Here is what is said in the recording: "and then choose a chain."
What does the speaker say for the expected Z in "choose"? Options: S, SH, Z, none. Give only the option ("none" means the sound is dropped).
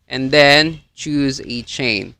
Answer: Z